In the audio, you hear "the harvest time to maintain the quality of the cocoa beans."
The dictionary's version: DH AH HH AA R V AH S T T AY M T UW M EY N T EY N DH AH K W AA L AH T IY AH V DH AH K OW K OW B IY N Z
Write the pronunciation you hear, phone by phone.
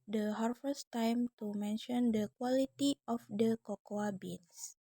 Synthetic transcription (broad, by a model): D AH HH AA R F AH S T T AY M T UW M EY N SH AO N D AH K W AA L AH T IY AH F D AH K OW K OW B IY N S